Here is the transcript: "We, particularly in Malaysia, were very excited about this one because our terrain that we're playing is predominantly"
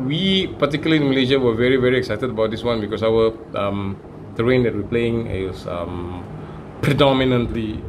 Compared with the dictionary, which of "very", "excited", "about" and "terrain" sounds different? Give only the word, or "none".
none